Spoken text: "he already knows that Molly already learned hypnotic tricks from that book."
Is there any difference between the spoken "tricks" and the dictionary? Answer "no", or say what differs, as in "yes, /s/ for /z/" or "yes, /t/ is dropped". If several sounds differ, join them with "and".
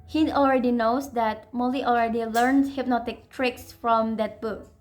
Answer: no